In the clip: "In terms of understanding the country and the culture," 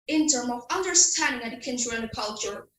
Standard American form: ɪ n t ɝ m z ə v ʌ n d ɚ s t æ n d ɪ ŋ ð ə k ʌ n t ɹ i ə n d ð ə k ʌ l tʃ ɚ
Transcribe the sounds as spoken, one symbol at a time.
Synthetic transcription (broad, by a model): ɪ n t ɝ m ə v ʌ n d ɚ s t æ n d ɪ ŋ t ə k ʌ n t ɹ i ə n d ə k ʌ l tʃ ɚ